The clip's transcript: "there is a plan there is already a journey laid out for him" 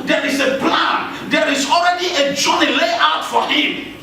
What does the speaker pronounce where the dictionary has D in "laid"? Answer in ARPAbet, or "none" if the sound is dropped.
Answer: none